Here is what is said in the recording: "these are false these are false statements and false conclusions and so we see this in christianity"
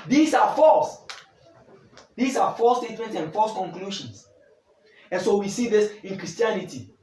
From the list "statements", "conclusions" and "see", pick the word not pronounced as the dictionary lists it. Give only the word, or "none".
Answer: conclusions